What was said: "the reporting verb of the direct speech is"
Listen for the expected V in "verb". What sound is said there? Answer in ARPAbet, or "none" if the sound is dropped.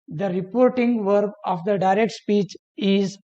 V